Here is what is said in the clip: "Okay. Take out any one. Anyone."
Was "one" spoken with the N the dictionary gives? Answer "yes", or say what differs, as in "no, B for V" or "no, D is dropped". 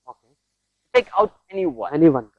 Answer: no, N is dropped